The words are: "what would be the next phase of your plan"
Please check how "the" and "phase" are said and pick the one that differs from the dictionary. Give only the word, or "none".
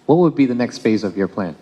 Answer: none